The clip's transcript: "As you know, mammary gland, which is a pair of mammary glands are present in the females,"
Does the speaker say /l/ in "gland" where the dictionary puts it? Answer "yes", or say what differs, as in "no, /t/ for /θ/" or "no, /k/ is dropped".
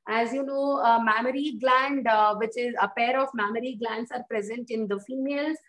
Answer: yes